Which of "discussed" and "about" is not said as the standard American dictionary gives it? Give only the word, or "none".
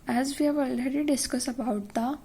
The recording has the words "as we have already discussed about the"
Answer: discussed